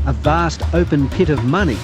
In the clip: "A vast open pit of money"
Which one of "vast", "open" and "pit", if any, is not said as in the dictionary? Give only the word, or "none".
none